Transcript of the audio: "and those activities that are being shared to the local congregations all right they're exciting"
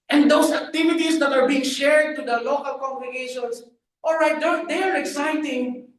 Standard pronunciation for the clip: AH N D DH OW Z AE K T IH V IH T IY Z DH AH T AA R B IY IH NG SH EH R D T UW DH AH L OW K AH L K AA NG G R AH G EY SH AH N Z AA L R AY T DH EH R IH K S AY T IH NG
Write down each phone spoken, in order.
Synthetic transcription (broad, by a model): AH N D OW S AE K T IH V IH T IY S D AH T AA R B IY IH NG SH EH R D T UW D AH L OW K AH L K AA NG G R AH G EY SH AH N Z AA L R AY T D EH R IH K S AY T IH NG